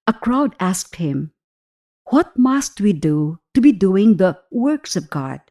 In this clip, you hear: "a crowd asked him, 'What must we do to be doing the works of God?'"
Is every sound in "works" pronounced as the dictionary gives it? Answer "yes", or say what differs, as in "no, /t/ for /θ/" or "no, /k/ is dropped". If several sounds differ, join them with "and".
yes